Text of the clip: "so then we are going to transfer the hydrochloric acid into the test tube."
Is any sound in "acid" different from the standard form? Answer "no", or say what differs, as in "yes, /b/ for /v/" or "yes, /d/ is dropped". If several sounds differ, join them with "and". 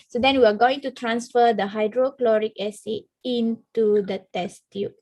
yes, /d/ is dropped